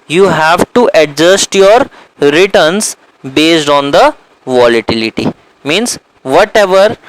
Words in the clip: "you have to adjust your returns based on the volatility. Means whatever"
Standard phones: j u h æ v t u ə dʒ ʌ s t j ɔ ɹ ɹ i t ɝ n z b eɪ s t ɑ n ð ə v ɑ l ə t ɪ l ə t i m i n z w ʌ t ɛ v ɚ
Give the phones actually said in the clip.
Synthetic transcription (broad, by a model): j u h æ v t u ə dʒ ʌ s t j ɔ ɹ ɹ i t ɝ n s b eɪ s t ɑ n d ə v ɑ l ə t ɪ l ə t i m i n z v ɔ t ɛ v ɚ